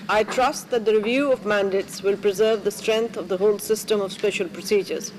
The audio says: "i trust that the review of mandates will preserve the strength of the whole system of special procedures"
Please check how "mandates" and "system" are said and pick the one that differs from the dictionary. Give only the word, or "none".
none